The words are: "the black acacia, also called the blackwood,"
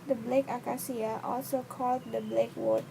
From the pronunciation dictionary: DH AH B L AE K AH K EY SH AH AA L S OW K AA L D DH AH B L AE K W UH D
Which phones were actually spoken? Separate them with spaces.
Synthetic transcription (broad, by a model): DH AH B L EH K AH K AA S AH AA L S OW K AA L D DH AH B L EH K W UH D